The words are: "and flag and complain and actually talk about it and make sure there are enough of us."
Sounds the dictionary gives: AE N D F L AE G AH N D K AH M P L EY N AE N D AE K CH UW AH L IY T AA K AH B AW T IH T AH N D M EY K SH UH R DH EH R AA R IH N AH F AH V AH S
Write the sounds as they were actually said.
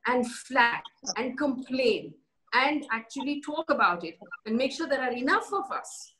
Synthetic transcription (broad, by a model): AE N D F L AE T AH N D K AH M P L EY N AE N D AE K CH UW AH L IY T AA K AH B AW T IH T AH N D M EY K SH UH R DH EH R AA R IH N AH F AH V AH S